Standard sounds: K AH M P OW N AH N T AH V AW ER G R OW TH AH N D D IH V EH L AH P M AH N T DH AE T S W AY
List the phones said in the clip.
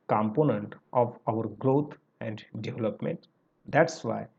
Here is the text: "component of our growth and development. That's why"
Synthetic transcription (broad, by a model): K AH M P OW N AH N T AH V AW ER G R OW T AH N D D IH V L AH P M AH N T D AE T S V AY